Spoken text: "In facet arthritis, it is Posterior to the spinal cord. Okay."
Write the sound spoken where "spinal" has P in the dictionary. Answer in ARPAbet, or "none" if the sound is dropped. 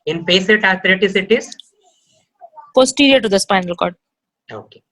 P